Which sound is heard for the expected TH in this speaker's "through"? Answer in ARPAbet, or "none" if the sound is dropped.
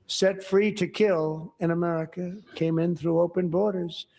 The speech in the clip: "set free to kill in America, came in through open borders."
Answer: TH